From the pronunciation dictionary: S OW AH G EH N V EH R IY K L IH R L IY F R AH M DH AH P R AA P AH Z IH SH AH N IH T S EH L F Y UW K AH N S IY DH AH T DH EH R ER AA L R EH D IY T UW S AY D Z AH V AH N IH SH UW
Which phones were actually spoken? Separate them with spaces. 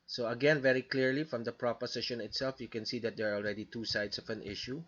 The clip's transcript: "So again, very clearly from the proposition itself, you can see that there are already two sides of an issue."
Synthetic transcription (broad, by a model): S OW AH G EH N V EH R IY K L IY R L IY F R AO M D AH P R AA P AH S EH SH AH N IH T S EH L F Y UW K AH N S IY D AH T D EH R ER AA L R EH D IY T UW S AY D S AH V AH N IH SH UW